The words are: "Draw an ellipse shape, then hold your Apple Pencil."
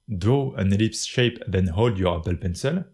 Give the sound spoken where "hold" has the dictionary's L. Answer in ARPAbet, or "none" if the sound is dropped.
L